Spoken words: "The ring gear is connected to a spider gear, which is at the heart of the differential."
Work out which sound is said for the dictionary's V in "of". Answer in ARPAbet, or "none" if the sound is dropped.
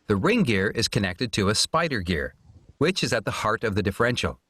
V